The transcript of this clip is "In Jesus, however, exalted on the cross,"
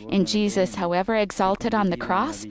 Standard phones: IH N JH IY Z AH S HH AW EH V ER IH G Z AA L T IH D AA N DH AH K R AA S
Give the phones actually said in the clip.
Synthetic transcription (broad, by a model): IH N JH IY Z AH S HH AW EH V ER IH G Z AA L T IH D N DH AH K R AA S